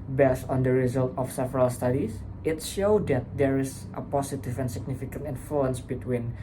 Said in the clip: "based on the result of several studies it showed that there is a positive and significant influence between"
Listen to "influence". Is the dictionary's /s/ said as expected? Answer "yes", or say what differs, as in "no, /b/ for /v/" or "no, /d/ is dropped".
yes